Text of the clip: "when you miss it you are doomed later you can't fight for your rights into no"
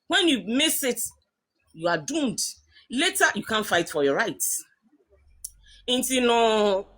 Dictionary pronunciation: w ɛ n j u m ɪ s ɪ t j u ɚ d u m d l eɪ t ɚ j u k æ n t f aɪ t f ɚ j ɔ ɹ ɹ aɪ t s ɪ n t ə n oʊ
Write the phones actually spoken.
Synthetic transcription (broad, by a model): w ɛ n j u m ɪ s ɪ t j u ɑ d u m d l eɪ t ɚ j u k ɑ n f aɪ t f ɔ j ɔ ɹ ɹ aɪ t ɪ n t ə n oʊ